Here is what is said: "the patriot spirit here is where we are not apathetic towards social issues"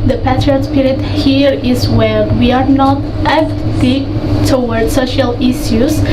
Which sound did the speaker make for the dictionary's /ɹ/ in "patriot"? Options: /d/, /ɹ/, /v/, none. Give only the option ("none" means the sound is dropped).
none